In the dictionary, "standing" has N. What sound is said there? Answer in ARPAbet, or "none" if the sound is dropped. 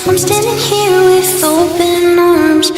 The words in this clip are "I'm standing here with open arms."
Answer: none